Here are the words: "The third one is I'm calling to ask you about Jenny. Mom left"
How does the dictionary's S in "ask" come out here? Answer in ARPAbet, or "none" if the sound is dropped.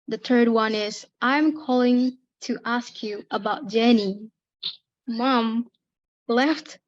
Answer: S